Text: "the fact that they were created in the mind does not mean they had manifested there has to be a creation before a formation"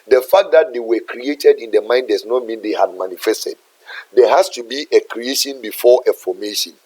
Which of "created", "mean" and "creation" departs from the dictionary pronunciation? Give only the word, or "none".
none